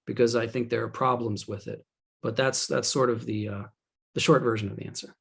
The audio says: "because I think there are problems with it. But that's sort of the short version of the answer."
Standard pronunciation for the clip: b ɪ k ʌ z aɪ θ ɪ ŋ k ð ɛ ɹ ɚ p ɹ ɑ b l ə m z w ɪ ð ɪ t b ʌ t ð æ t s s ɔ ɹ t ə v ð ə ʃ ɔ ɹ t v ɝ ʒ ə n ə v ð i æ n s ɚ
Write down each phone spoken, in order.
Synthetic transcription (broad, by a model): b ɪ k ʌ z aɪ θ ɪ ŋ k ð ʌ ɹ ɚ p ɹ ɑ b l ə m z w ɪ ð ɪ t b ʌ t ð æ t s s ɔ ɹ t ə v ð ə ʃ ɔ ɹ t v ɝ ʒ ə n ə v ð i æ n s ɚ